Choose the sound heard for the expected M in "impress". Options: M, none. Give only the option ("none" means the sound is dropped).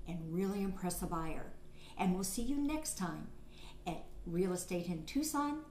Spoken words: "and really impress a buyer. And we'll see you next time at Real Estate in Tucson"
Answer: M